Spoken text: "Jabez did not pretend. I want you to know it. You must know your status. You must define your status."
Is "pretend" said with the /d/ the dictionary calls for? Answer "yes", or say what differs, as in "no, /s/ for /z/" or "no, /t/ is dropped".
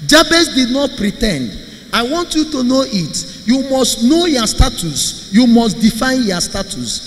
yes